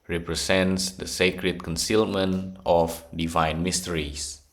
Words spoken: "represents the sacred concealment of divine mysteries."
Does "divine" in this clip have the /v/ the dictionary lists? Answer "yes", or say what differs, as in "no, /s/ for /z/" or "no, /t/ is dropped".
yes